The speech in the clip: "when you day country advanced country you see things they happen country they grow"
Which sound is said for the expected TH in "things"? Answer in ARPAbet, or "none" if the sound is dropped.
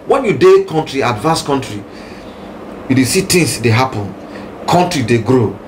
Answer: T